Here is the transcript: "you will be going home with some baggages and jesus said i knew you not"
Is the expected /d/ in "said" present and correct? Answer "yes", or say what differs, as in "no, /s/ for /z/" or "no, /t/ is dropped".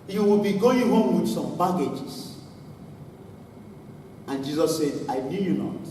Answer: yes